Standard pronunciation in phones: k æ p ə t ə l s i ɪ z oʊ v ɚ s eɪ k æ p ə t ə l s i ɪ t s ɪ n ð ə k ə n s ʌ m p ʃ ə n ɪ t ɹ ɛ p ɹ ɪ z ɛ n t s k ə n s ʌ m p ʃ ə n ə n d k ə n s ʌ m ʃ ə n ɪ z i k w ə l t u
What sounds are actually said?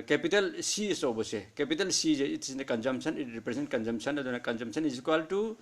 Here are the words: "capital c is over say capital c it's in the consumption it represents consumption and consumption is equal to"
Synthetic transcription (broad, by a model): k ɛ p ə t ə l s i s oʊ b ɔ s eɪ k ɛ p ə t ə l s i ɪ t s ɪ n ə k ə n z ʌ m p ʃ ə n ɪ t ɹ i p ɹ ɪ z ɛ n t k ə n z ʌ m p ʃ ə n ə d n k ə n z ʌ m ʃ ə n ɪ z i k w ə l t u